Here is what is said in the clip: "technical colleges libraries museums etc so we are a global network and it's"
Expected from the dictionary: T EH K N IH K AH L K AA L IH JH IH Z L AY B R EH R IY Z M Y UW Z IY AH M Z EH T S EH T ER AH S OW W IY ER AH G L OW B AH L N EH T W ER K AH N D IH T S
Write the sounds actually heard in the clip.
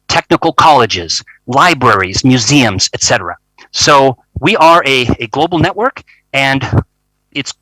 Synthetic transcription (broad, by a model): T EH K N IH K L K AA L IH JH IH Z L AY B R EH R IY Z M Y UW Z IY AH M Z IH T S EH T ER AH S OW W IY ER AH G L OW B L N EH T W ER K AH N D IH T S